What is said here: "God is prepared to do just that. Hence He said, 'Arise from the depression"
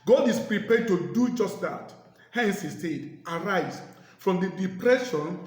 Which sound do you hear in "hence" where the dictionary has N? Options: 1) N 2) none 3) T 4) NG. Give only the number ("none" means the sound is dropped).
1